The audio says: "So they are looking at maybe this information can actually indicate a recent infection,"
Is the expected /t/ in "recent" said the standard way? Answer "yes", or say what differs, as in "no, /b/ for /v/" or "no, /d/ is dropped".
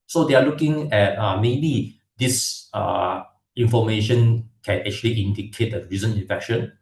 no, /t/ is dropped